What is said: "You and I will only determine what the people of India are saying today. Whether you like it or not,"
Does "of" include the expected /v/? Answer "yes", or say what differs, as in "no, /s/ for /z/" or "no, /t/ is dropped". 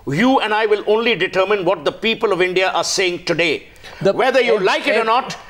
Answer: yes